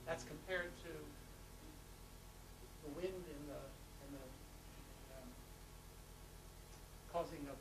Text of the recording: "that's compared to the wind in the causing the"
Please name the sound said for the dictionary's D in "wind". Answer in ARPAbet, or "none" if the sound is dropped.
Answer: D